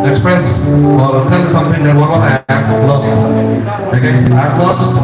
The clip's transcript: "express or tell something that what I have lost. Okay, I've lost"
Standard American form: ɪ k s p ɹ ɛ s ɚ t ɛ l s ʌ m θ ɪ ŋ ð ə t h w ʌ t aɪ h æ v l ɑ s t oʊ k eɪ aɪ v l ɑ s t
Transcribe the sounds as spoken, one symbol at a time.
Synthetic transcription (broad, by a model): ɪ k s p ɹ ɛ s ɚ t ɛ n s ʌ m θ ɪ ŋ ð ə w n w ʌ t aɪ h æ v l ɑ s t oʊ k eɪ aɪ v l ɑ s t